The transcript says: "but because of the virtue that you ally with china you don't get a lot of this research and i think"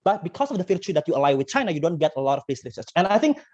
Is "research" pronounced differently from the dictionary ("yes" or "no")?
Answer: yes